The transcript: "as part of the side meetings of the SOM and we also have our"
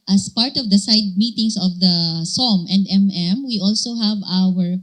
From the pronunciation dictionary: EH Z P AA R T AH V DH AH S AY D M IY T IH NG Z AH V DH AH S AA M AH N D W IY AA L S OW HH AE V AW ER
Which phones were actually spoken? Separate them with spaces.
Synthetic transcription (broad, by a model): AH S P AA R T AH V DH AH S AY D M IY T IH NG S AH V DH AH S AA M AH N D W IY AA L S OW HH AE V AW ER